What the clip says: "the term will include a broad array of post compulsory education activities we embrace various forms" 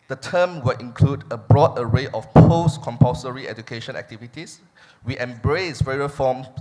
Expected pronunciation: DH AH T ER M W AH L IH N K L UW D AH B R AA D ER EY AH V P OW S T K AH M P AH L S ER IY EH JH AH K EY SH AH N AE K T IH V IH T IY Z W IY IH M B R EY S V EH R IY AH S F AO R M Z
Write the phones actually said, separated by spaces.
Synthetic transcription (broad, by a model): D AH T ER M W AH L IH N K L UW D AH B R AA D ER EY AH F P OW S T K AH M P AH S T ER IY EH JH AH K EY SH AH N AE K T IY V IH T IY S W IY IH M B R EY S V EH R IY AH F AO M